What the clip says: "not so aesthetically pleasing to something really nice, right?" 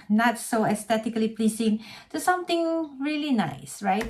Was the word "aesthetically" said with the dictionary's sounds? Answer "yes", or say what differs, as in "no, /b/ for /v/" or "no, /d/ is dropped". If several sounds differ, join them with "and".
no, /t/ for /θ/